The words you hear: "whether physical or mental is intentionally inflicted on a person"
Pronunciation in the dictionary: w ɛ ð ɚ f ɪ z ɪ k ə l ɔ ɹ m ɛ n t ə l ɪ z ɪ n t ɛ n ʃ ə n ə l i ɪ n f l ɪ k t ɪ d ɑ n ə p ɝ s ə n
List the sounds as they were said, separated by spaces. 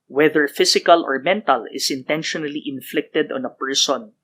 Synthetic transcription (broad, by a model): w ɛ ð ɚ f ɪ s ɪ k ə l ɔ ɹ m ɛ n t ə l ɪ s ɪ n t ɛ n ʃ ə n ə l i ɪ n f l ɪ k t ɪ d ɑ n ə p ɝ s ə n